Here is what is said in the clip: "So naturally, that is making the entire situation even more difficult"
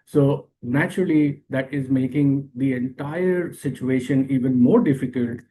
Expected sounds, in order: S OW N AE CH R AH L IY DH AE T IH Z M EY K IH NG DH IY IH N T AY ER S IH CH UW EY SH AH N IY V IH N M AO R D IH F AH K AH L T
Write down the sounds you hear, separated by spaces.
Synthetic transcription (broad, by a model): S OW N AE CH R AH L IY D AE T IH Z M EY K IH NG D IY IH N T AY ER S IH CH UW EY SH AH N IY V IH N M AO R D IH F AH K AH L T